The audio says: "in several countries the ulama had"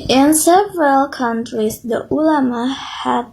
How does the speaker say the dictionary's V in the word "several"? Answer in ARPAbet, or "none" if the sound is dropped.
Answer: V